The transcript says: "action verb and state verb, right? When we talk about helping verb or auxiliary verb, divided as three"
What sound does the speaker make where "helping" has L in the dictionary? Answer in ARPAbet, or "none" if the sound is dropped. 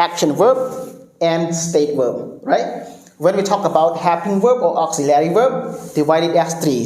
none